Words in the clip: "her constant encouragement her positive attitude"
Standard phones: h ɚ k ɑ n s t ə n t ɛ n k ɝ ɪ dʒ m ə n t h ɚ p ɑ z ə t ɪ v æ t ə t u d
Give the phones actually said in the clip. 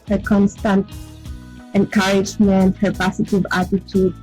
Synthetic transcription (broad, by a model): h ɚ k ɑ n s t ə n t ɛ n k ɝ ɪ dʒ m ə n t h ɚ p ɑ s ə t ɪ v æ t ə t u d